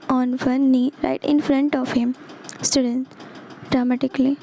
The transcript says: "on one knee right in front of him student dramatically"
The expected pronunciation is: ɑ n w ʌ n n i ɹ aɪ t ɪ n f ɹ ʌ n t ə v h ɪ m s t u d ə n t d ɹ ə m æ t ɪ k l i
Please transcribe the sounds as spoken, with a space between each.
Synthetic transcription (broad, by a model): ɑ n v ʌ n n i ɹ aɪ t ɪ n f ɹ ʌ n t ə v h ɪ m s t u d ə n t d ɹ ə m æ t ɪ k l i